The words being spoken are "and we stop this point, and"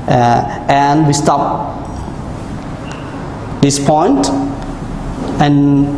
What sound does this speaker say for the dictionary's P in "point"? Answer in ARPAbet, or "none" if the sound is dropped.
P